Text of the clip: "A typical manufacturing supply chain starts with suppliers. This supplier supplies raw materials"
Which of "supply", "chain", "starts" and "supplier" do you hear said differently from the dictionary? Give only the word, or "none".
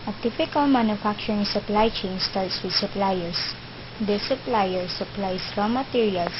starts